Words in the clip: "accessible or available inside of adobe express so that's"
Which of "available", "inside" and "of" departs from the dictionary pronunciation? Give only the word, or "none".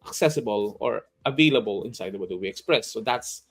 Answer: of